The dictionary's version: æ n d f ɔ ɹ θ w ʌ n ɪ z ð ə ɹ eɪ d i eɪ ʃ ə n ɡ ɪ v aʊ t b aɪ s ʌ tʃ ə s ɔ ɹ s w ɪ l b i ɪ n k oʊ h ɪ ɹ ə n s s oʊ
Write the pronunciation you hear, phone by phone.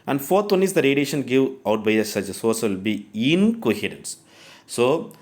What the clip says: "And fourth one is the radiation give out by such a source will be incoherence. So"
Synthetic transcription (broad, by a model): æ n d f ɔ ɹ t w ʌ n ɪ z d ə ɹ eɪ d i eɪ ʃ ə n ɡ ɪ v aʊ t b aɪ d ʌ s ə s ɔ ɹ s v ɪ l b i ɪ n k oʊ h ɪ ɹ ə n s s oʊ